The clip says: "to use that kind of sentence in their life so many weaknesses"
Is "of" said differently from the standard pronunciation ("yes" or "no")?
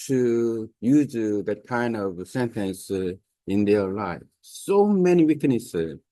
no